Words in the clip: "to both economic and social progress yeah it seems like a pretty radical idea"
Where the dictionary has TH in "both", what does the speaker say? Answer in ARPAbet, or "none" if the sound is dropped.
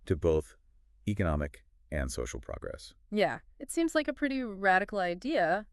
TH